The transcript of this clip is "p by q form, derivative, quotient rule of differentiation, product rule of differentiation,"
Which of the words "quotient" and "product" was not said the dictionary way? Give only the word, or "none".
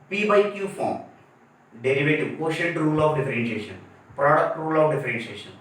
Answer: quotient